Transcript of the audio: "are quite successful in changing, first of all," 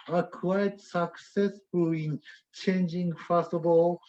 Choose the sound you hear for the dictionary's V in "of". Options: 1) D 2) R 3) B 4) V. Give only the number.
3